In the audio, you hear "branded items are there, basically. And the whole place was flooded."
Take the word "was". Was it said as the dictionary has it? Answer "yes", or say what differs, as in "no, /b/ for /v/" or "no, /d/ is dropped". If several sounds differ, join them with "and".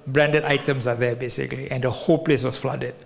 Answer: no, /s/ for /z/